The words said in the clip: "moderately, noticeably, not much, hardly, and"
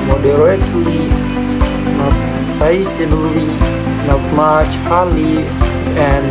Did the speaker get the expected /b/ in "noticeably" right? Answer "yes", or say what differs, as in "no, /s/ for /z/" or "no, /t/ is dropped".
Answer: no, /b/ is dropped